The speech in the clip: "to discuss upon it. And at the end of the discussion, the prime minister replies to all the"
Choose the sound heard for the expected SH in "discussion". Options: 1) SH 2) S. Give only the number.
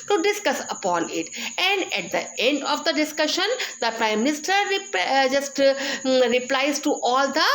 1